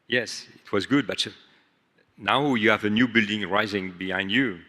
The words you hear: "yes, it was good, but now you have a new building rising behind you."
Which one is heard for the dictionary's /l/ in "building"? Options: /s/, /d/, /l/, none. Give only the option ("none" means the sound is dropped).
/l/